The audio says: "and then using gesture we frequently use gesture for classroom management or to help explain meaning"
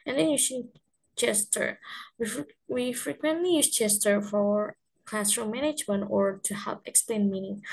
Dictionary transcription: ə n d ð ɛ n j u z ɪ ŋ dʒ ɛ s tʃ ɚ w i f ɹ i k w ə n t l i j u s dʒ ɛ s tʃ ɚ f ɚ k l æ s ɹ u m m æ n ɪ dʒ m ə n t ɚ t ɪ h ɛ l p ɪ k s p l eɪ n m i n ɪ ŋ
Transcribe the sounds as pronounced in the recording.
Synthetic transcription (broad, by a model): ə n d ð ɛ n j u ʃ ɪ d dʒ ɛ s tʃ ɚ w i f ɹ i k w ə n t l i j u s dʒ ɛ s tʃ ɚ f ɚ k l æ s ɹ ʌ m m æ n ɪ dʒ m ə n t ɚ t ɪ h ɛ l p ɪ k s p l eɪ n m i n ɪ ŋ